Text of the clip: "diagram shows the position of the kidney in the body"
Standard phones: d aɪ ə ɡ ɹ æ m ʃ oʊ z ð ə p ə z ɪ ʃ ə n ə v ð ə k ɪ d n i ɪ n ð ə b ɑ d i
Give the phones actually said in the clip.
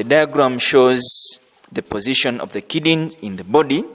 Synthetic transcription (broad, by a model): d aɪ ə ɡ ɹ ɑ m ʃ oʊ z ð ə p ə z ɪ ʃ ə n ə v ð ə k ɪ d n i ɪ n ð ə b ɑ d i